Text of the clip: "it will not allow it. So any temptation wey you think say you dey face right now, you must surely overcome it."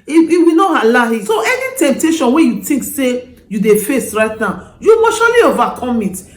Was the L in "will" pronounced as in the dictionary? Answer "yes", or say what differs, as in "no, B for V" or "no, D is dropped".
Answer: no, W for L